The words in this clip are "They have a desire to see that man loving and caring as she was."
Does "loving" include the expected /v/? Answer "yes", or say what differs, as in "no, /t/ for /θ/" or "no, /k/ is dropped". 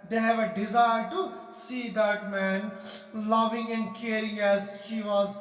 yes